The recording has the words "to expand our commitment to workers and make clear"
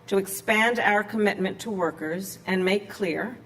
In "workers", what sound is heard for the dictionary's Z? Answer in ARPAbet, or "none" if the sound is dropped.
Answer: Z